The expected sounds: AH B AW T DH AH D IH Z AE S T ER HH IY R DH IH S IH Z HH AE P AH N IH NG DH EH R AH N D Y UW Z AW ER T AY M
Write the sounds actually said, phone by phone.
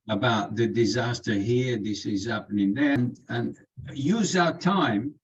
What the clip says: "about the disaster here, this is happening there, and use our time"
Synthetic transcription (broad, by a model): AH B AW T DH AH D IH Z AE S T ER HH IY R DH IH S IH Z HH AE P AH N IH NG DH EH R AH N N Y UW Z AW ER T AY M